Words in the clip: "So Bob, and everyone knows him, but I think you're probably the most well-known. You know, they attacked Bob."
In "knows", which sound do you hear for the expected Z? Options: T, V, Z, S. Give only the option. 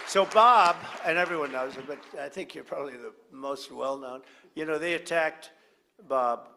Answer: Z